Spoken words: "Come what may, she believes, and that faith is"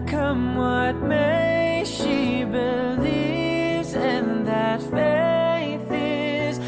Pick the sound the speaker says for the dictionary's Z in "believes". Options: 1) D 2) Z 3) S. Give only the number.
2